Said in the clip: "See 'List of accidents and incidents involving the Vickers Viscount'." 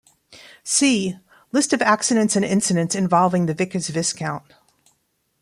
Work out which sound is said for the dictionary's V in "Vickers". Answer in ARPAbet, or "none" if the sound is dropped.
V